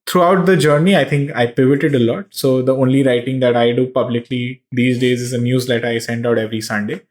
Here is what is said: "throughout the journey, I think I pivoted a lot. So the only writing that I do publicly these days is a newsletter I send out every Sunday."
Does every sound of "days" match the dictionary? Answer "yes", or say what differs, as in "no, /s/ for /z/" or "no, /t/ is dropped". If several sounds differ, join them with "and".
yes